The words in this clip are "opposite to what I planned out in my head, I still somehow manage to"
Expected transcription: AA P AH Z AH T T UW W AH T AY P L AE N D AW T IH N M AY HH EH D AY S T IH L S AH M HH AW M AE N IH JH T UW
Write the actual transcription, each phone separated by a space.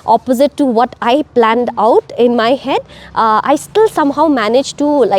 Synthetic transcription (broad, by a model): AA P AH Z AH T T UW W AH T AY P L AE N D AW T IH N M AY HH EH D AY S T IH L S AH M HH AW M AE N IH JH T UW